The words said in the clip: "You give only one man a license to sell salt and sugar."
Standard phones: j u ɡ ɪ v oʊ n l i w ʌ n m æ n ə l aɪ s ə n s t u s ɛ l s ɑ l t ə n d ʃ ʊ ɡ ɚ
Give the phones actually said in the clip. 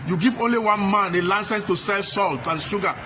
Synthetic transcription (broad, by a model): j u ɡ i v oʊ n l i w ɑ n m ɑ n ə l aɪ s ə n s t u s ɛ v s ɑ l t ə n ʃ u ɡ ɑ